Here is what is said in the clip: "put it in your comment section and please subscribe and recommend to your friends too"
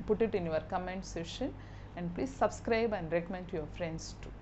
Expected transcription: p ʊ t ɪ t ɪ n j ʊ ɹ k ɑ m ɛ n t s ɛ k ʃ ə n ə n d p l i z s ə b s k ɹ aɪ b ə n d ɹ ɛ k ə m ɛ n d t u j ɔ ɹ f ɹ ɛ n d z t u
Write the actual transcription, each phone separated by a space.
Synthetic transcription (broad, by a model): p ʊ t ɪ t ɪ n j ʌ ɹ k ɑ m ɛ n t s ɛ ʃ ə n ə n d p l i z s ə b s k ɹ aɪ b ə n d ɹ ɛ k ə m ɛ n d t u j ɔ ɹ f ɹ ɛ n d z t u